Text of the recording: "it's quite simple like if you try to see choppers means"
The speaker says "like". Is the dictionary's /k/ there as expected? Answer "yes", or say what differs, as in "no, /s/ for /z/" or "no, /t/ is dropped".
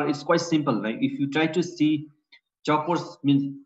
no, /k/ is dropped